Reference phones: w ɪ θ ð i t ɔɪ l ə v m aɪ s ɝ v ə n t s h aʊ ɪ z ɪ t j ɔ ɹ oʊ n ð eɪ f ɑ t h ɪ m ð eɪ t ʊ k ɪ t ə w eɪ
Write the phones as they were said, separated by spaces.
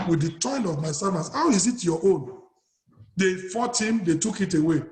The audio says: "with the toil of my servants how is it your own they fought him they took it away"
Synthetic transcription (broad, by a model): w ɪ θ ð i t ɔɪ n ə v m aɪ s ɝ v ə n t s h aʊ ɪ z ɪ t j ɔ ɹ oʊ n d eɪ f ɑ t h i m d eɪ t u k ɪ t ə w eɪ